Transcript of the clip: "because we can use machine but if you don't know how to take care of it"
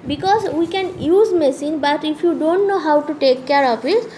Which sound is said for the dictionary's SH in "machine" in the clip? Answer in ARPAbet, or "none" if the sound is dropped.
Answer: S